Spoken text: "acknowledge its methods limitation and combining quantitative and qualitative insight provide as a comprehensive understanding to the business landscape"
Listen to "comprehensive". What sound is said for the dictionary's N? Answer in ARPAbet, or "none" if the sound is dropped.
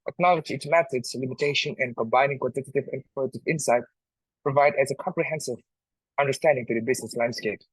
N